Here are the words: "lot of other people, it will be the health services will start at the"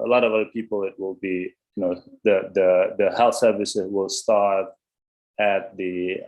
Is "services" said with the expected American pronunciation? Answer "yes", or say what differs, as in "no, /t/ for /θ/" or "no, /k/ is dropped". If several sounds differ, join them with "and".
yes